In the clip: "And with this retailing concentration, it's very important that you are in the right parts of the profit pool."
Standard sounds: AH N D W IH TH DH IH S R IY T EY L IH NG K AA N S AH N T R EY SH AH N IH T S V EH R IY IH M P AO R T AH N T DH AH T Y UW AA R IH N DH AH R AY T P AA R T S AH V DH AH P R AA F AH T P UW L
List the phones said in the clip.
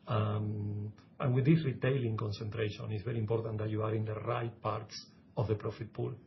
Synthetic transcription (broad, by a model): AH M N W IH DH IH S R IY T EY L IH NG K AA N S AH N T R EY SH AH N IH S B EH R IY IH M P AO R T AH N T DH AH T Y UW AA R IH N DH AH R AY T P AA R T S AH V DH AH P R AA F AH T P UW L